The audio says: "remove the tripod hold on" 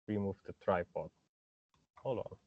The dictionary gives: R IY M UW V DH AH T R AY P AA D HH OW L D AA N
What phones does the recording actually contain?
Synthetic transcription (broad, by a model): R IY M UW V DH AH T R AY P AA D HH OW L AA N